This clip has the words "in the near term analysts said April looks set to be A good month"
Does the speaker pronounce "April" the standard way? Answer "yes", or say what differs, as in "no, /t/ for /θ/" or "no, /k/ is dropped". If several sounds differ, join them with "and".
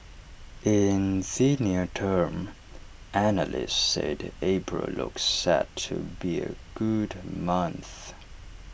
no, /b/ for /p/